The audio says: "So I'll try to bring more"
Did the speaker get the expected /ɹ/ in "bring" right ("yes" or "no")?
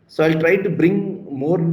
yes